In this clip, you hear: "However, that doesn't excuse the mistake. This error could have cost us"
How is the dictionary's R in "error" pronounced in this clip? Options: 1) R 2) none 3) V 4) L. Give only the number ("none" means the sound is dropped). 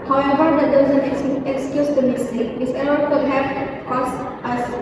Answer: 4